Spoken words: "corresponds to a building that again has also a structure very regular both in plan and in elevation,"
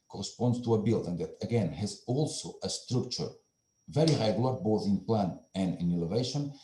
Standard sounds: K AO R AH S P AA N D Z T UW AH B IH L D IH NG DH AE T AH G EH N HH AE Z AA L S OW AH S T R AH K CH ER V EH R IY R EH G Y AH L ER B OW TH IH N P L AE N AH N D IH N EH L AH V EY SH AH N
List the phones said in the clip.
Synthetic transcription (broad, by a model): K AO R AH S P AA N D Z T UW AH B IH L D IH NG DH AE T AH G EH N HH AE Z AA L S OW AH S T R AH K CH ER V EH R IY R EH G Y AH L ER B OW TH IH N P L AE N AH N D IH N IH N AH V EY SH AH N